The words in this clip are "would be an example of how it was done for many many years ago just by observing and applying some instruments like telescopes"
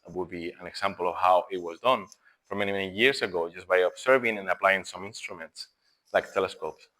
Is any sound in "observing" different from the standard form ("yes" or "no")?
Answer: yes